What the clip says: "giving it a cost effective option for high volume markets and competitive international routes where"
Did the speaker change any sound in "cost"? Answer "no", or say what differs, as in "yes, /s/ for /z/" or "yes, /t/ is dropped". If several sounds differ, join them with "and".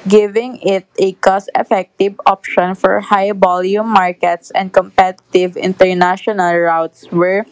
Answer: yes, /t/ is dropped